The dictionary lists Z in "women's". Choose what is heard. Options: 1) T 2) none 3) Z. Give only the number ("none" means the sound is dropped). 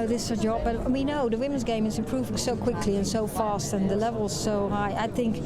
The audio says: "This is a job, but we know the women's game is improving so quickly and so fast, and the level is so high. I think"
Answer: 3